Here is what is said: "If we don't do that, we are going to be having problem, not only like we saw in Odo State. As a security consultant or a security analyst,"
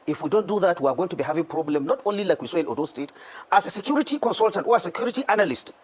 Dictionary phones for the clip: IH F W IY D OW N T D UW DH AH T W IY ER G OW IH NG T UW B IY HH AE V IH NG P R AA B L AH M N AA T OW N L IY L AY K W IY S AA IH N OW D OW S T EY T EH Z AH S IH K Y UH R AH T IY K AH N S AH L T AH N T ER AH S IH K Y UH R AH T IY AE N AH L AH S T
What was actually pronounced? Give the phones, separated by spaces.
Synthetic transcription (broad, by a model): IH F W IY D OW N T D UW DH AH T W IY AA G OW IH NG T UW B IY HH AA V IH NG P R AA B L AH M N AA T OW N L IY L AY K W IY S AA IH N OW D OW S T EY T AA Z AH S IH K Y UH R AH T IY K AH N S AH L T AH N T AH S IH K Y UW R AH T IY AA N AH L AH S T